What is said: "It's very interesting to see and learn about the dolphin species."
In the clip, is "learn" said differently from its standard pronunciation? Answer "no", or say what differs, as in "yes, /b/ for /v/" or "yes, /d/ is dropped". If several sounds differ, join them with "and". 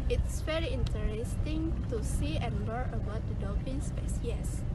yes, /n/ is dropped